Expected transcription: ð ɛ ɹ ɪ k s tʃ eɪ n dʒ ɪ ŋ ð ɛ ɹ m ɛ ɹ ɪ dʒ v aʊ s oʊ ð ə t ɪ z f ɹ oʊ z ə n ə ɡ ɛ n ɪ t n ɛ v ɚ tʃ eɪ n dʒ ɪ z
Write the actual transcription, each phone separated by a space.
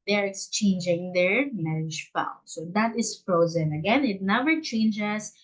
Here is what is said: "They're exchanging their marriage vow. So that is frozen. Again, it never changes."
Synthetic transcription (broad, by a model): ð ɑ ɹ ɪ k s tʃ eɪ n dʒ ɪ ŋ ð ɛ ɹ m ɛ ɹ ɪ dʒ f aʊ s oʊ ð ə t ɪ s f ɹ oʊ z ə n ə ɡ ɛ n ɪ t n ɛ v ɚ tʃ eɪ n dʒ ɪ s